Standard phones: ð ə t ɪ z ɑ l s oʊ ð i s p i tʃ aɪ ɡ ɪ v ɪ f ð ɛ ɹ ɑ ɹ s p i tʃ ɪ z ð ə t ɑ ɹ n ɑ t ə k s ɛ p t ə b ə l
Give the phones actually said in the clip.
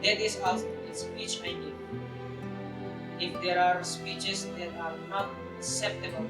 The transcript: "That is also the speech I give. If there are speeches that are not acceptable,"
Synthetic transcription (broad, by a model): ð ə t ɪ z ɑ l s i s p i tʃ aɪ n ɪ ɪ f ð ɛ ɹ ɑ ɹ s p i tʃ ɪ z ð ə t ɑ ɹ n ɑ t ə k s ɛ p t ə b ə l